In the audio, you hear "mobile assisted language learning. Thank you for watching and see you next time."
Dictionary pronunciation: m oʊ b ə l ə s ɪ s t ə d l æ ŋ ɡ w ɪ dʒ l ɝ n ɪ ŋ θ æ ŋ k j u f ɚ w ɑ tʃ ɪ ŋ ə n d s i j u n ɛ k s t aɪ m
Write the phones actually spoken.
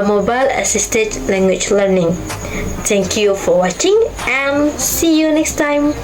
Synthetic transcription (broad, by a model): m oʊ b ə l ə s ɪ s t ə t l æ ŋ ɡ w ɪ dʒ l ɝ n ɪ ŋ t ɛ ŋ k j u f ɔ w ɑ tʃ ɪ ŋ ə n s i j u n ɛ k s t aɪ m